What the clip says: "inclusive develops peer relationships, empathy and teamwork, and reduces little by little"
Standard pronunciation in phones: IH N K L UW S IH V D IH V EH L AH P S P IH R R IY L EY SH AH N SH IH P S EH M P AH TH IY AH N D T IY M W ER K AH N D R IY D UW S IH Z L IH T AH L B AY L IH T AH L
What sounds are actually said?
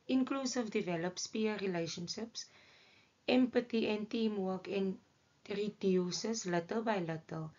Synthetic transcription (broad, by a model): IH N K L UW S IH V D IH V EH L AH P S P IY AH R IY L EY SH AH N SH IH P S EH M P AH T IY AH N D T IY M W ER K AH N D R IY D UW S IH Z L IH T AH L B AY L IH T AH L